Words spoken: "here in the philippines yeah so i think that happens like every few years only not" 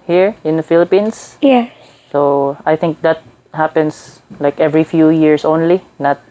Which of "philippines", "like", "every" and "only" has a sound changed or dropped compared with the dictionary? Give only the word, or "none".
philippines